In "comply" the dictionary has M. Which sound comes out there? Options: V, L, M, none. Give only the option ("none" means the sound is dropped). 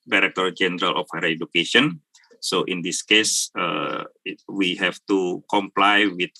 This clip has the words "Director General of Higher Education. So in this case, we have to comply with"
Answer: M